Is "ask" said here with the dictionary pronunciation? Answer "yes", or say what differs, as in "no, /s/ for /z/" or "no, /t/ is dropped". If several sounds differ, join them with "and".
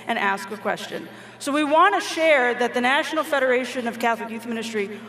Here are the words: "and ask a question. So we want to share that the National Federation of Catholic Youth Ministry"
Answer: yes